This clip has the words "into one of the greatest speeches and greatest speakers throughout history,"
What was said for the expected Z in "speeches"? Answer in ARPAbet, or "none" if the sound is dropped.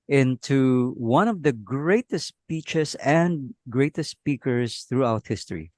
S